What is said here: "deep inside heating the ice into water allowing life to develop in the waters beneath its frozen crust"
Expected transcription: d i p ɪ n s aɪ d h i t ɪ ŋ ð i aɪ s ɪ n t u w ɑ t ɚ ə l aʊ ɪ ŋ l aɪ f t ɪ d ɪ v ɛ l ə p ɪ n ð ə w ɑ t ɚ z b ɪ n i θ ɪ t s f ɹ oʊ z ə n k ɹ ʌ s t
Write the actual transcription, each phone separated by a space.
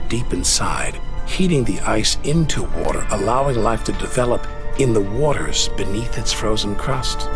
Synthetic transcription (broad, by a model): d i p ɪ n s aɪ d h i t ɪ ŋ ð i aɪ s ɪ n t u w ɑ t ɚ ə l aʊ ɪ ŋ l aɪ f t ɪ d ɪ v ɛ l ə p ɪ n ð ə w ɑ t ɚ z b ɪ n i θ ɪ t s f ɹ oʊ z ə n k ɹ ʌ s t